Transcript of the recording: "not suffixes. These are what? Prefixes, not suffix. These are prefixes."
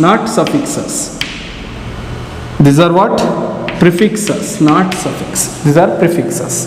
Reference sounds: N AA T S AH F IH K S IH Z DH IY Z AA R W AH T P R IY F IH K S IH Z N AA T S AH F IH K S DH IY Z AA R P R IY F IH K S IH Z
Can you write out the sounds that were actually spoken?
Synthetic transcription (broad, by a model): N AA T S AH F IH K S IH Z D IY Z AA R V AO T P R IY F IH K S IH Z N AA T S AH F IH K S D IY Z AA R P R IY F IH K S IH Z